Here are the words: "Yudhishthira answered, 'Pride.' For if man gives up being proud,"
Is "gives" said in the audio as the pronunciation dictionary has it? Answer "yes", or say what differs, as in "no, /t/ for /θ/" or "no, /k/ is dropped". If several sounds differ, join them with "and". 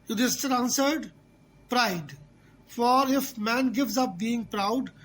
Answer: yes